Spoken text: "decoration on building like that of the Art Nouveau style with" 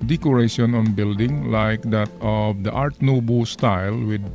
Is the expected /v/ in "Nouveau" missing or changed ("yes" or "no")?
yes